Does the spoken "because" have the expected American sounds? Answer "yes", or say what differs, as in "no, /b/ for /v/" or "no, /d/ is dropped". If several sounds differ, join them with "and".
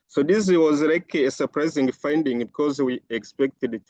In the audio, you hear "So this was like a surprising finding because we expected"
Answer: yes